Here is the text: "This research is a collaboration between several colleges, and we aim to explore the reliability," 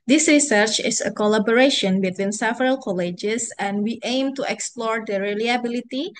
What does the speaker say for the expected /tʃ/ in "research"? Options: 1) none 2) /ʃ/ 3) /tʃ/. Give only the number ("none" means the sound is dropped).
3